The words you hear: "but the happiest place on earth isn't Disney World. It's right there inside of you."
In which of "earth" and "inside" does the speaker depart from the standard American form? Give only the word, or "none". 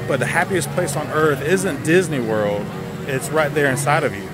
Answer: none